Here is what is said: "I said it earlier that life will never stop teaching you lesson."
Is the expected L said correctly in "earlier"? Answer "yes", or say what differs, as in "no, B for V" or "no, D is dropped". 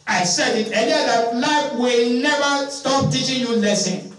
no, N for L